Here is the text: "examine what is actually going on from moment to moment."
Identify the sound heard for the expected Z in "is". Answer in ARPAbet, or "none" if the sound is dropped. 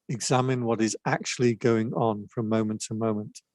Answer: Z